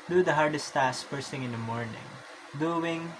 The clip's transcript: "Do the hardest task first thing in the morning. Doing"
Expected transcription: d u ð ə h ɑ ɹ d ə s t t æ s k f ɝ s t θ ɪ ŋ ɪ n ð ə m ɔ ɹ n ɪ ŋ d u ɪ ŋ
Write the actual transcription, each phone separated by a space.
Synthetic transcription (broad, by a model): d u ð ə h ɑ ɹ d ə s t t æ s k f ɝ s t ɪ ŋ ɪ n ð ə m ɔ ɹ n ɪ ŋ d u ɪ ŋ